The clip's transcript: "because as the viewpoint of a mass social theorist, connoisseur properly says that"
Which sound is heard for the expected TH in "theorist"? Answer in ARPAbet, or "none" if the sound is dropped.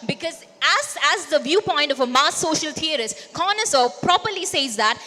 T